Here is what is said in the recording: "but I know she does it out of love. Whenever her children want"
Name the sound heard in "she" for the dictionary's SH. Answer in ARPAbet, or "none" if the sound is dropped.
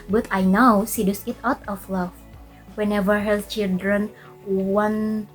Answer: S